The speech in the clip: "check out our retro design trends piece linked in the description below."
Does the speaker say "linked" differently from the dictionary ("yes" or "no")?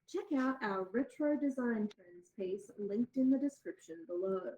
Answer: no